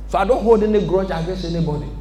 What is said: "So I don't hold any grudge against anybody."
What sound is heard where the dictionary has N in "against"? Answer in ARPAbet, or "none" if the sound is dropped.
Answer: none